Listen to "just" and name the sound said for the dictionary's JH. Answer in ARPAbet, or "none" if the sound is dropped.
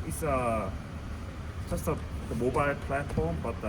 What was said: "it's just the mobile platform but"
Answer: CH